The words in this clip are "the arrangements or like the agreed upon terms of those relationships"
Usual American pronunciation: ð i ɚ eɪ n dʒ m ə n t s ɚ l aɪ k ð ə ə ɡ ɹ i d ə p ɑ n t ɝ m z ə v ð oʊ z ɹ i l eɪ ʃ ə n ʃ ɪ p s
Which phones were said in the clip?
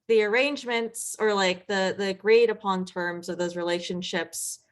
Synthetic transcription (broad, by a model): ð i ɚ eɪ n dʒ m ə n t s ɚ l aɪ k ð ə ə ɡ ɹ i d ə p ɑ n t ɝ m z ə v ð oʊ z ɹ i l eɪ ʃ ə n ʃ ɪ p s